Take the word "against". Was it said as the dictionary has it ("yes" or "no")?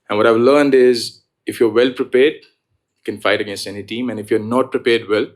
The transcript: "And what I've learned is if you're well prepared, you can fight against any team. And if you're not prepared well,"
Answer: yes